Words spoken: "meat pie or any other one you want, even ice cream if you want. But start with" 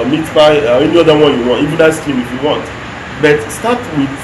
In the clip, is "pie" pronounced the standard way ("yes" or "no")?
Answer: no